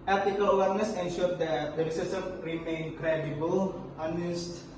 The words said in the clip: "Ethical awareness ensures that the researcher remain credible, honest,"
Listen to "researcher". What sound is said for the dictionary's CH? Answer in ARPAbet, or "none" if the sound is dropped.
S